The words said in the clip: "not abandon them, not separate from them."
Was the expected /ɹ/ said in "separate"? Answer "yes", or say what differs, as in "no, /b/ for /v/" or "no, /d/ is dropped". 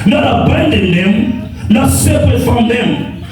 no, /ɹ/ is dropped